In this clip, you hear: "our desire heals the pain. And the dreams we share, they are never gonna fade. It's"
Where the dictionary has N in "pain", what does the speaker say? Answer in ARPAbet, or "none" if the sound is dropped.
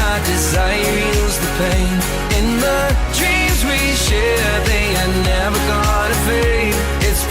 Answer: N